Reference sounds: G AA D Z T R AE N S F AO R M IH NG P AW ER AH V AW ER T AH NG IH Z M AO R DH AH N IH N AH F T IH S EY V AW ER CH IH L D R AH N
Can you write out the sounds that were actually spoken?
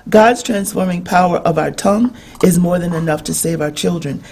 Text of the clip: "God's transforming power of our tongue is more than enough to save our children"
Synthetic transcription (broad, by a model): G AA D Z T R AE N S F AO R M IH NG P AW ER AH V AW ER T AH NG IH Z M AO R DH AH N IH N AH F T IH S EY V AW ER CH IH L D R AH N